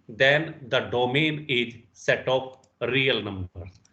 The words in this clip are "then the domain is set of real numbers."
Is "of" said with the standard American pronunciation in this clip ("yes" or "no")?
no